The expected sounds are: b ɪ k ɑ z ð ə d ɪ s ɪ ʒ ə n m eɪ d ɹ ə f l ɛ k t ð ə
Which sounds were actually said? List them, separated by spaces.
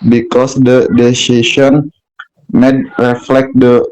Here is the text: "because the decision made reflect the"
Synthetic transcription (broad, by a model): b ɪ k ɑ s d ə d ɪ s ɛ ʃ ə n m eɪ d ɹ ə f l ɛ k t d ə